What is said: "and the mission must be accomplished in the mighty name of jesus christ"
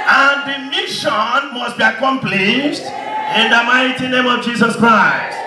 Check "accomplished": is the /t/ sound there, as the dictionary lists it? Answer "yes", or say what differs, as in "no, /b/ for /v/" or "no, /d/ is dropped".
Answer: yes